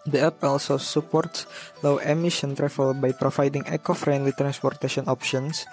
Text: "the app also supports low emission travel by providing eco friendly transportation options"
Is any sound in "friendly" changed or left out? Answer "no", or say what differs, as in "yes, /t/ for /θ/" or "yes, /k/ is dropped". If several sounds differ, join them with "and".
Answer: no